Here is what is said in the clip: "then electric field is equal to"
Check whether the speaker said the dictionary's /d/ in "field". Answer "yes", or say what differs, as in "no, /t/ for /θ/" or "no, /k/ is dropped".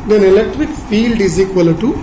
yes